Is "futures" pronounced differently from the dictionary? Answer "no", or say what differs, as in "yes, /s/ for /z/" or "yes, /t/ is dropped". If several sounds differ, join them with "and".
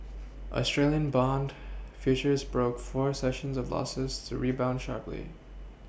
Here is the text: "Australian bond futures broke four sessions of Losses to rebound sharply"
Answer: no